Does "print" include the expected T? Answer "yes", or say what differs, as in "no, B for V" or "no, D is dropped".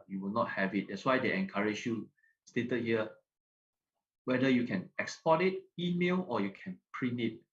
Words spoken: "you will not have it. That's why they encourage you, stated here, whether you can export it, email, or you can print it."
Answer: no, T is dropped